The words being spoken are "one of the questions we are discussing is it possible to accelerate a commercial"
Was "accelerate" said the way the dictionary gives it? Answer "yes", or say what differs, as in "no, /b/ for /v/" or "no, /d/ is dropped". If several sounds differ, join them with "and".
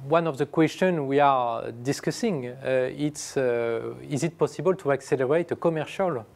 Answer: yes